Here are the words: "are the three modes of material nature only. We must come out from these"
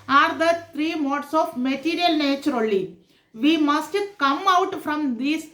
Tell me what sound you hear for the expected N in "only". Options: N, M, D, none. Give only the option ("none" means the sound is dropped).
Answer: none